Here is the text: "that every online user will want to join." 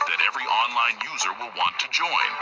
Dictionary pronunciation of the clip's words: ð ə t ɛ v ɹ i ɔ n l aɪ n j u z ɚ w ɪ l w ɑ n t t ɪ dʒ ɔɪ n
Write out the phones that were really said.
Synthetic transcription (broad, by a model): ð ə t ɛ v ɹ i ɔ n l aɪ n j u z ɚ w ɪ l w ɑ n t t ɪ dʒ ɔɪ n